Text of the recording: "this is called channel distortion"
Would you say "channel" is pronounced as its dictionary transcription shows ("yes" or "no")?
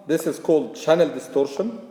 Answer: yes